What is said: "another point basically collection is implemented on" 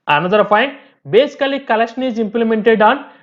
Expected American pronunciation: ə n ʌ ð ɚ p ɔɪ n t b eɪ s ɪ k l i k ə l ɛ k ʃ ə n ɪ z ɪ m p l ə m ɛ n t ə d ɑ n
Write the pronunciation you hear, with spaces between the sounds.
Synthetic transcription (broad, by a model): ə n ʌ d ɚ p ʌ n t b eɪ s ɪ k l i k ə l ɛ k ʃ ə n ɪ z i m p l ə m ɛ n t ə d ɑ n